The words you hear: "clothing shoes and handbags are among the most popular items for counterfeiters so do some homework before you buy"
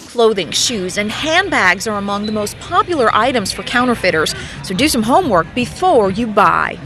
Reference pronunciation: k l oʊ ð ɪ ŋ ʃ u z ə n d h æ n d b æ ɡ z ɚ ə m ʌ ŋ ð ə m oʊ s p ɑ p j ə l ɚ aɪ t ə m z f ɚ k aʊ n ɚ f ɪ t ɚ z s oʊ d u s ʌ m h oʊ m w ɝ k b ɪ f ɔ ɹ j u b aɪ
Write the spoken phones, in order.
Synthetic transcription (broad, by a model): k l oʊ ð ɪ ŋ ʃ u z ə n h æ n b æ ɡ z ɚ ə m ʌ ŋ ð ə m oʊ s p ɑ p j l ɚ aɪ t ə m z f ɚ k aʊ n ɚ f ɪ t ɚ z s oʊ d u s ʌ m h oʊ m w ɝ k b ɪ f ɔ ɹ j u b aɪ